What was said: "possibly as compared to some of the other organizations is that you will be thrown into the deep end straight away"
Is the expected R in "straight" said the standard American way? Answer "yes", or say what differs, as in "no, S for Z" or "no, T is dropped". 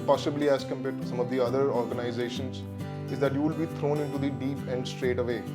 yes